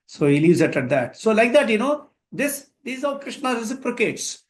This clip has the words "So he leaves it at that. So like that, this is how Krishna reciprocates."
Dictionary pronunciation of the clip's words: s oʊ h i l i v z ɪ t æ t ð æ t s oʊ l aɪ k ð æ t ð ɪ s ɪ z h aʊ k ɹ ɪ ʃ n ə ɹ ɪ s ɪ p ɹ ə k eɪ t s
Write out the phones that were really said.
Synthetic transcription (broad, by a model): s oʊ h i l i v z ɪ t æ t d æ t s oʊ l aɪ k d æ t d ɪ s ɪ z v k ɹ ɪ ʃ n ə ɹ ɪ s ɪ p ɹ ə k eɪ t s